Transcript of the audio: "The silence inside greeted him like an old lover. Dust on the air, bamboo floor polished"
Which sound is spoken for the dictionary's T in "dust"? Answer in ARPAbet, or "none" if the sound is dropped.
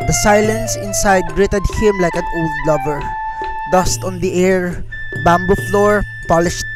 T